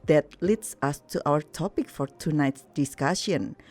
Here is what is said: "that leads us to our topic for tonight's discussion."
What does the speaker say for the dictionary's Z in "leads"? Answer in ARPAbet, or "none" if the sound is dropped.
S